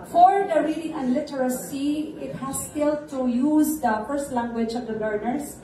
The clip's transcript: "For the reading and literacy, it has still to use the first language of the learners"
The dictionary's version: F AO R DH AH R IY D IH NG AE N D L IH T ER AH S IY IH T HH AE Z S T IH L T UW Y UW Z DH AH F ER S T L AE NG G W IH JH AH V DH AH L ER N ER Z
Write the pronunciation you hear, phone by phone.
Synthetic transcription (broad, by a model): F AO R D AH R IY D IH NG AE N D L IH T ER AH S IY IH T HH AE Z S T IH L T UW Y UW Z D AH F ER S T L AE NG G W IH JH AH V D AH L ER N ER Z